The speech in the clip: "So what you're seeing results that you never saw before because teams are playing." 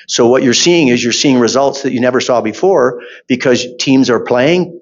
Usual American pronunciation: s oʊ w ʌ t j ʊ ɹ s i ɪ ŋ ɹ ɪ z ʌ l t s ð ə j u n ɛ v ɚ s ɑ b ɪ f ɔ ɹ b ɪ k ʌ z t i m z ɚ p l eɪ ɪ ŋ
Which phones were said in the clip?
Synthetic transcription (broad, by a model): s oʊ w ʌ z j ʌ ɹ s i ɪ ŋ ɹ ɪ z ʌ l t s ð ə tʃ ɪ n ɛ v ɚ s ɑ b ɪ f ɔ ɹ b ɪ k ʌ z t i m z ɚ p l eɪ ɪ ŋ